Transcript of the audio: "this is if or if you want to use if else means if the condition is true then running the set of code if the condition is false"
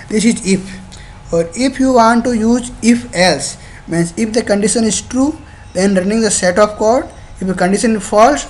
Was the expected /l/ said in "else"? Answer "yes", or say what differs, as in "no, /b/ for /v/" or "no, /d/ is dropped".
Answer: yes